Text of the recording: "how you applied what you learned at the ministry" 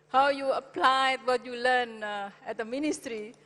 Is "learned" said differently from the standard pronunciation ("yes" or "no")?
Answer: yes